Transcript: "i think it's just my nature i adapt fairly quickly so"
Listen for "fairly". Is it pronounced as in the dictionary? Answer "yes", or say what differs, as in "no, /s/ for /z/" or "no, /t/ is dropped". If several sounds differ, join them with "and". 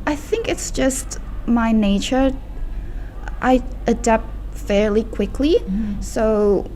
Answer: yes